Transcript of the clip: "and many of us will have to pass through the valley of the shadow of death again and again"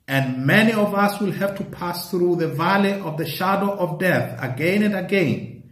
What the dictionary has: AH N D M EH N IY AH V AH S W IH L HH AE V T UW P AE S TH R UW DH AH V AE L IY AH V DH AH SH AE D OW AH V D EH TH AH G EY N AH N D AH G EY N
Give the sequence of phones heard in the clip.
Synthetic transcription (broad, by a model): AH N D M EH N IY AH V AH S W IH L HH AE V T UW P AE S TH R UW DH AH V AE L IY AH V DH AH SH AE D OW AH V D EH TH AH G EY N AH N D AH G EY N